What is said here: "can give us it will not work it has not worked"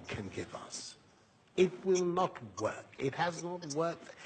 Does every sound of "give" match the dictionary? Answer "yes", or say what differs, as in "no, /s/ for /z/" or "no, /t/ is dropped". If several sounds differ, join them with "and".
yes